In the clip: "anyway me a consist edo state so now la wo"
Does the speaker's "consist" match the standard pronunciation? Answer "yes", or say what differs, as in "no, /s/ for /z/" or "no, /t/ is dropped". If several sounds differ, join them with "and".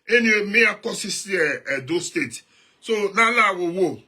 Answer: no, /n/ is dropped and /t/ is dropped